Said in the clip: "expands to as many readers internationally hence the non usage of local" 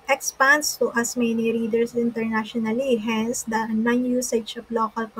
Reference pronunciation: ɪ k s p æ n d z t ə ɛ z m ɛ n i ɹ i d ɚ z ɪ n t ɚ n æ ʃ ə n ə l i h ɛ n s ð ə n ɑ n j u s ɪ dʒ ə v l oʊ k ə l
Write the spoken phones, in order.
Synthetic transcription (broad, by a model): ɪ k s p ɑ n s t t ə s m ɛ n i ɹ i d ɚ s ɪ n t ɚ n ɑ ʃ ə n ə l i h ɛ n s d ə n ɑ n j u s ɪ ʃ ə p l oʊ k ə l